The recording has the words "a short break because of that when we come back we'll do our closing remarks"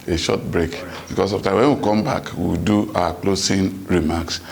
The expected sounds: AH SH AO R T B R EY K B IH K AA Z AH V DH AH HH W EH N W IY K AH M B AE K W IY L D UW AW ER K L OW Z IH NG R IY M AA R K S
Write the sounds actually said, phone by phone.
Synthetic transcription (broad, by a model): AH SH AO T B R EY K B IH K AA S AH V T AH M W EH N W IY K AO M B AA K W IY W D UW AW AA K L OW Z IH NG R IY M AA K S